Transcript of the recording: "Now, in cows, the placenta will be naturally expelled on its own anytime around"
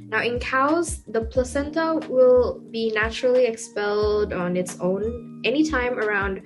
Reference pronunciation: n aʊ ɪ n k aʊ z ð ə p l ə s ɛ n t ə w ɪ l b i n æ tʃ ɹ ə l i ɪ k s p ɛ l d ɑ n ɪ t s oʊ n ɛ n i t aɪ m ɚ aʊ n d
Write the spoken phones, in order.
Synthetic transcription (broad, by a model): n aʊ ɪ n k aʊ z ð ə p l ə s ɛ n t ə w ɪ l b i n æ tʃ ɹ l i ɪ k s p ɛ l d n ɪ t s oʊ n ɛ n i t aɪ m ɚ aʊ n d